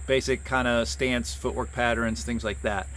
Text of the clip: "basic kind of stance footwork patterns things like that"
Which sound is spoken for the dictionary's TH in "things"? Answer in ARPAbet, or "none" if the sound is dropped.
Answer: TH